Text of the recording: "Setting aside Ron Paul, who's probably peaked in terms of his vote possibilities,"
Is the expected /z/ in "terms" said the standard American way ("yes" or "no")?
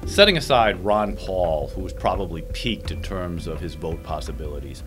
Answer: yes